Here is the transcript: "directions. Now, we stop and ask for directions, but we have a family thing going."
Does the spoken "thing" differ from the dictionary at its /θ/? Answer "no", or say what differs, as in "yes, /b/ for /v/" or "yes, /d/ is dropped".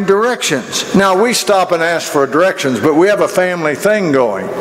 no